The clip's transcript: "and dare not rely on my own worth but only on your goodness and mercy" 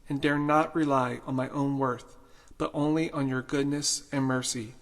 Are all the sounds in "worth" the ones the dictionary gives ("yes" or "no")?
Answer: yes